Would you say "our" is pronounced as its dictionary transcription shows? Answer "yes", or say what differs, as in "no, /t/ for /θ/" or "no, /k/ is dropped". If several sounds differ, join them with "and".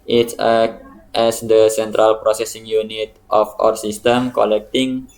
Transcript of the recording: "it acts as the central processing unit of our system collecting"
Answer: yes